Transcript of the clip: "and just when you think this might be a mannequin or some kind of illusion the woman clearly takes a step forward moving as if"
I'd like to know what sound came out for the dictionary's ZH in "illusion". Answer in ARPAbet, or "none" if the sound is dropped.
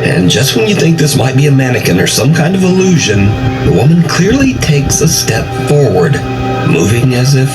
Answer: ZH